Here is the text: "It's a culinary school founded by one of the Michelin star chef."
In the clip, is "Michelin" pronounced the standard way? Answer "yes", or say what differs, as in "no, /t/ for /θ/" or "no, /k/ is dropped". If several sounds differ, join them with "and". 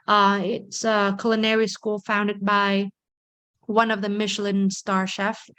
yes